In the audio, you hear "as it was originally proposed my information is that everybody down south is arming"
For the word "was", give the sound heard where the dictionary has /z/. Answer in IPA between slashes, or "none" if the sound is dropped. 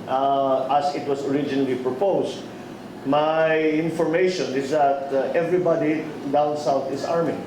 /s/